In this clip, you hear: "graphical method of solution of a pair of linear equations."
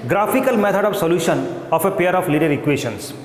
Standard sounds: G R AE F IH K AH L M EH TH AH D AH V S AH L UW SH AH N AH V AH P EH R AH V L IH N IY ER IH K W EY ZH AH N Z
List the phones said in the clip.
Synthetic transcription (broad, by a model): G R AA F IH K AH L M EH T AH D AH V S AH L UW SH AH N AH F AH P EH R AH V L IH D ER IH K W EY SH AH N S